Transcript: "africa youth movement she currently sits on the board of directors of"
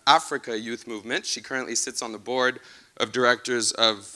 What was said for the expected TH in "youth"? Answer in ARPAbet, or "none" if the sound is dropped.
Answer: TH